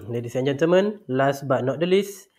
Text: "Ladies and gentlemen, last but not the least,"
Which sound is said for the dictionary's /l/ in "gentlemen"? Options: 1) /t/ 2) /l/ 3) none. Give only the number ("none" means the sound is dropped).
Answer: 3